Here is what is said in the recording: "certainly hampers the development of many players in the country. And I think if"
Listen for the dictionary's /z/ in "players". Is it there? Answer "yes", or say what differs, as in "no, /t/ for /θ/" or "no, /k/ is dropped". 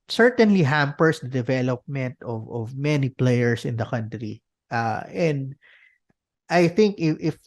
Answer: no, /s/ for /z/